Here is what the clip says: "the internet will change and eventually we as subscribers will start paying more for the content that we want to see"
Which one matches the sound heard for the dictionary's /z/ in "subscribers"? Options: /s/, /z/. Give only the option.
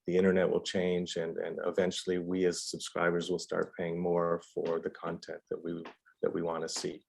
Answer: /z/